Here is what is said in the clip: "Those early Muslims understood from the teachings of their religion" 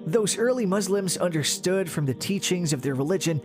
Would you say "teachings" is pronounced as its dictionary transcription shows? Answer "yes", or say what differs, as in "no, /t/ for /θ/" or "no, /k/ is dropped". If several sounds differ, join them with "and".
yes